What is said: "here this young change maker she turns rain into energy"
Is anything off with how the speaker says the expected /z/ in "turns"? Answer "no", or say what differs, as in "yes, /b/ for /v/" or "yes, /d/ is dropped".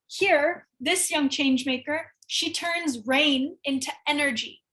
no